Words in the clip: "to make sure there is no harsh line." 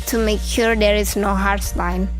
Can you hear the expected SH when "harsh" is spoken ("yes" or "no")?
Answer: no